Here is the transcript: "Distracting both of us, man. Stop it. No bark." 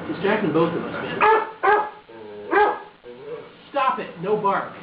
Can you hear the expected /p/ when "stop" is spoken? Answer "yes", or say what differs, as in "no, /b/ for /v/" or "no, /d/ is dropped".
yes